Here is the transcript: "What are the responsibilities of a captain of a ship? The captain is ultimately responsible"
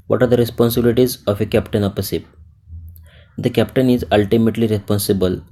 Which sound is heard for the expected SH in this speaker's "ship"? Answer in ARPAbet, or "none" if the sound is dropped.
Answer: S